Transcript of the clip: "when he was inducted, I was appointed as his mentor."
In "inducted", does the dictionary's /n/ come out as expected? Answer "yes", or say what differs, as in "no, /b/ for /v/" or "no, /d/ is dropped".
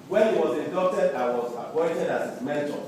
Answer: no, /n/ is dropped